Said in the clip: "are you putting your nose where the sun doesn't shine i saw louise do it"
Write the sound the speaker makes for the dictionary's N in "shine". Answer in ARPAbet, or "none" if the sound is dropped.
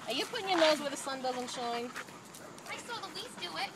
N